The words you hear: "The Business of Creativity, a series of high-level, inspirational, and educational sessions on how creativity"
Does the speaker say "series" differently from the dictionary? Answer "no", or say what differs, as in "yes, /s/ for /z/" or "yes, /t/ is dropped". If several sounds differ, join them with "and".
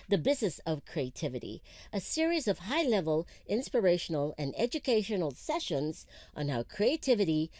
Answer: no